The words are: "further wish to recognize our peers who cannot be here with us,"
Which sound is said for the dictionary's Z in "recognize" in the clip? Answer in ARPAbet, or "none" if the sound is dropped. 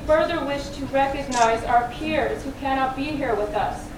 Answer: Z